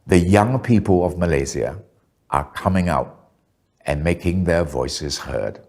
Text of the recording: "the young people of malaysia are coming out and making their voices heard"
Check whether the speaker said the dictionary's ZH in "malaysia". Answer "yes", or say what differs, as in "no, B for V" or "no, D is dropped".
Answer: no, Z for ZH